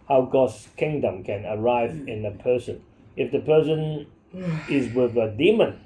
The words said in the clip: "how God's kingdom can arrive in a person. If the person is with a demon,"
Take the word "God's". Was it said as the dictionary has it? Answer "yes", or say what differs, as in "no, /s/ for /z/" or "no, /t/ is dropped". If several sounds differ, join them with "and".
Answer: no, /s/ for /z/